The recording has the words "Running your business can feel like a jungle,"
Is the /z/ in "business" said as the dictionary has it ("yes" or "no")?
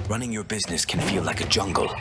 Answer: yes